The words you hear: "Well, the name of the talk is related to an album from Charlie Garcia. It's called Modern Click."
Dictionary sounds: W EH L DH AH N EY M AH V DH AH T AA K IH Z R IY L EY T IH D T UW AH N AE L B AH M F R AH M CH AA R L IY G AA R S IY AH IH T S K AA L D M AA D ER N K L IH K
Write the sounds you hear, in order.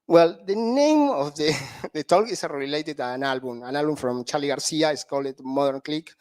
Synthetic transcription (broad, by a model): W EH L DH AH N EY M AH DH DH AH T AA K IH S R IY L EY T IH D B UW AH N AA L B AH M F R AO M CH AA R L IY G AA R S IY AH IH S K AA L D M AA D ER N K L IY K